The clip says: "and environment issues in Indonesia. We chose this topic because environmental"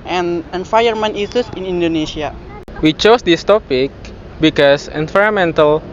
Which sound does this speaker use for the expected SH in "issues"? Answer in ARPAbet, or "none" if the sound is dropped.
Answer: S